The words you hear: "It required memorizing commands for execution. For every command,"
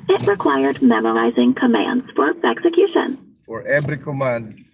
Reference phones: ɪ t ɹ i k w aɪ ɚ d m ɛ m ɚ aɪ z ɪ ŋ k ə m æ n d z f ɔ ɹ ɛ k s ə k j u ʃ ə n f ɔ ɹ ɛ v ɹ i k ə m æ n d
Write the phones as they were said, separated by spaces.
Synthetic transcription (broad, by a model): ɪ t ɹ i k w aɪ ɚ d m ɛ m ɚ aɪ z ɪ ŋ k ə m æ n d z f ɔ ɹ ɛ k s ə k j u ʃ ə n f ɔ ɹ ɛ b ɹ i k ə m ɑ n d